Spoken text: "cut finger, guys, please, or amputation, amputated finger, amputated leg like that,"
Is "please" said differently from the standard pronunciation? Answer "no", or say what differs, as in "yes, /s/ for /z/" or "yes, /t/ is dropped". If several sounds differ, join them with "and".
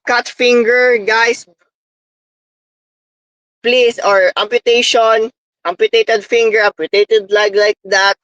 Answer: yes, /s/ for /z/